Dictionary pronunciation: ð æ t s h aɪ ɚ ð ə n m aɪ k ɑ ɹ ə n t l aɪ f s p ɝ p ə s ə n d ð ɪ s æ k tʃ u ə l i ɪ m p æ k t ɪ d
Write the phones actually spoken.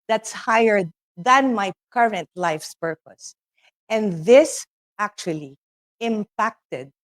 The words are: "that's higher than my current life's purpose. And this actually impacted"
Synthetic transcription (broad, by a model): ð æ t s h aɪ ɚ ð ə n m aɪ k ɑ ɹ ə n t l aɪ f s p ɝ p ə s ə n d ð ɪ s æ k tʃ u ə l i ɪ m p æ k t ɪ d